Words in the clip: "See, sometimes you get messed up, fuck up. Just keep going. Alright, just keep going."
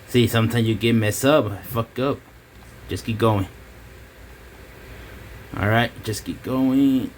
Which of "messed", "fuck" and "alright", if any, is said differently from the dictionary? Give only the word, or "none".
messed